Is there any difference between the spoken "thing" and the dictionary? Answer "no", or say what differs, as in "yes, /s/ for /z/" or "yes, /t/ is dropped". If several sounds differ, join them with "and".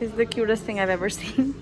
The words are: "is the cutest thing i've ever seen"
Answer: no